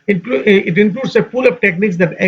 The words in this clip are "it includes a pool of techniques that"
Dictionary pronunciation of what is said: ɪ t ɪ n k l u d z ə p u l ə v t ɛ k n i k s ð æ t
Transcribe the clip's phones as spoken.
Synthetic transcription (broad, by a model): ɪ t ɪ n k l u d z ə f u l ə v t ɛ k n i k s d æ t